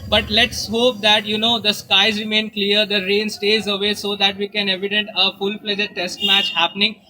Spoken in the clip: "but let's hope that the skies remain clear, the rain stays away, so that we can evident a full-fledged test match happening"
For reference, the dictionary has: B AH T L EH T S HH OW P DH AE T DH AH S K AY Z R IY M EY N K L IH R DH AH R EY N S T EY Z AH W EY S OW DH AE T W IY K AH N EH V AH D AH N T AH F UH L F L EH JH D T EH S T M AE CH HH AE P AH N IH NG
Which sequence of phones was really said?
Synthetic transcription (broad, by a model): B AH T L EH T S HH OW P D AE T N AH S K AY Z R IY M EY N K L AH R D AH R EY N S T EY Z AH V EY S OW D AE T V IY K AH N EH V AH D AH N T AH F UH L P L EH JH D T EH S T M AE CH HH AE P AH N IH NG